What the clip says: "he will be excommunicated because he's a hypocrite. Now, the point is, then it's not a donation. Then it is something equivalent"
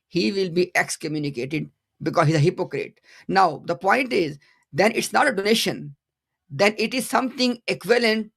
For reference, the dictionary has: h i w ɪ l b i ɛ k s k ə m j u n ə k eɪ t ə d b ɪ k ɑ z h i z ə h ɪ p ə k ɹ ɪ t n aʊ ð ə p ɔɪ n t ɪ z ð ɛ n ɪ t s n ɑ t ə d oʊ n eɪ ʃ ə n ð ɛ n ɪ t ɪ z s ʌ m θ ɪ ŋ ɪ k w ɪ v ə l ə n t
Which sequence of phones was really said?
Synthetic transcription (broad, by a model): h i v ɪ l b i ɛ k s k ə m j u n ə k eɪ t ə d b ɪ k ɑ z h i z ə h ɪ p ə k ɹ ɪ t n aʊ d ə p ɔɪ n t ɪ z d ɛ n ɪ t s n ɑ t ə d oʊ n eɪ ʃ ə n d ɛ n ɪ t ɪ z s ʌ m t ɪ ŋ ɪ k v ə l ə n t